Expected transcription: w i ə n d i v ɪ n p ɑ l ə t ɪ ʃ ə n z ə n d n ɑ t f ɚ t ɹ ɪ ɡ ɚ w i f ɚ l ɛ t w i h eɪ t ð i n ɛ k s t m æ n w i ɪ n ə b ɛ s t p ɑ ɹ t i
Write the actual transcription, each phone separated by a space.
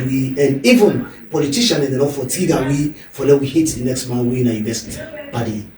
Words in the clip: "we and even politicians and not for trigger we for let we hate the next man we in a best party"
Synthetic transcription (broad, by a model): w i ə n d i v ɪ n p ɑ l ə t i ʃ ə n ə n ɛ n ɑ f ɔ t i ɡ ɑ w i f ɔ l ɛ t w i h eɪ t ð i n ɛ k s t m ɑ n w i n ə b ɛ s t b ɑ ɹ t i